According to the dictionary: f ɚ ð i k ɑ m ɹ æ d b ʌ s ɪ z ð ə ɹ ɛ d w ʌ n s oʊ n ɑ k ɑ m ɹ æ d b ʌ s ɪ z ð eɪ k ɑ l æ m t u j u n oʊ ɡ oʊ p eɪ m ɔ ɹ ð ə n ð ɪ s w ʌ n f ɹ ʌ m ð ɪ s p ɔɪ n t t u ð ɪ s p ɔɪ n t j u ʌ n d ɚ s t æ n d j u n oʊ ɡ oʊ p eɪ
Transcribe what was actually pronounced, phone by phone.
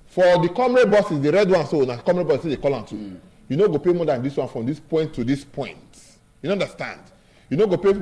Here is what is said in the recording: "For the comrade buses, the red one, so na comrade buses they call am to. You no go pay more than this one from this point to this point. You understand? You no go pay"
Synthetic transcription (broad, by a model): f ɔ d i k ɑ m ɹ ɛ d b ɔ s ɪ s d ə ɹ ɛ d w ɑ n s oʊ n ɑ k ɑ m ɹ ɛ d b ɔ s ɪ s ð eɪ k ɑ l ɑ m t u j u n oʊ ɡ oʊ p eɪ m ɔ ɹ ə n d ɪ s w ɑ n f ɹ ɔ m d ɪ s p ɔɪ n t t u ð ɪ s p ɔɪ n t j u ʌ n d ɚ s t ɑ n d j u n oʊ ɡ oʊ p eɪ